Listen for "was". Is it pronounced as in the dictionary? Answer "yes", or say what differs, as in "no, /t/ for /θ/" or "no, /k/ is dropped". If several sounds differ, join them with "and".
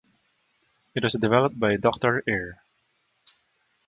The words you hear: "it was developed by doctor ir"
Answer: no, /s/ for /z/